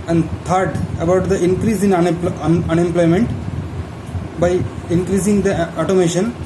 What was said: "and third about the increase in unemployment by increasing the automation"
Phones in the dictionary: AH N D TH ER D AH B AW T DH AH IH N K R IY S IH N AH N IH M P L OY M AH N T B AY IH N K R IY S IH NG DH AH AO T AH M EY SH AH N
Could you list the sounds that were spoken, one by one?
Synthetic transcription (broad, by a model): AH N D T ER D AH B AW T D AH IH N K R IY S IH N AH N IH M P L OY M AH N T B AY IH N K R IY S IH NG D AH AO T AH M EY SH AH N